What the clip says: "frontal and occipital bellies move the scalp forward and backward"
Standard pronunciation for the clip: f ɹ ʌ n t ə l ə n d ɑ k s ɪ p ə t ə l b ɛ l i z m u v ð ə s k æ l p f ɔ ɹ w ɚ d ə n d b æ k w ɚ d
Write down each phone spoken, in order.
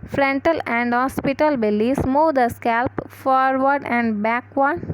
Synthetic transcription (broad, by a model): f ɹ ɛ n t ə l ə n d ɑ s p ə t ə l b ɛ l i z m u v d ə s k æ l p f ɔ ɹ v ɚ d ə n d b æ k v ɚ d